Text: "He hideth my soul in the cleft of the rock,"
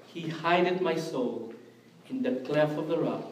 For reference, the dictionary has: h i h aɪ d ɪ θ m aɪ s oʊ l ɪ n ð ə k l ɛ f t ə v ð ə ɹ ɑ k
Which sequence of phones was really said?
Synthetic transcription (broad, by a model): h i h aɪ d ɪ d m aɪ s oʊ l ɪ n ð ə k l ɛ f ə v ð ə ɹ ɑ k